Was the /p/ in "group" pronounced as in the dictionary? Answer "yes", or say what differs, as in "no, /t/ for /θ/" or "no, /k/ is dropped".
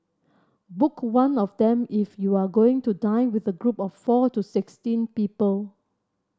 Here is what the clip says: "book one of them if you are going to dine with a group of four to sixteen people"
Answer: yes